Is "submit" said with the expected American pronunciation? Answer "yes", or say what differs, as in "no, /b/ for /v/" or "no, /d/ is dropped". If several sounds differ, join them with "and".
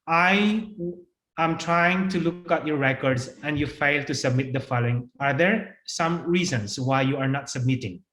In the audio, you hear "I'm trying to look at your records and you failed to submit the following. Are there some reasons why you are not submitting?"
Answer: yes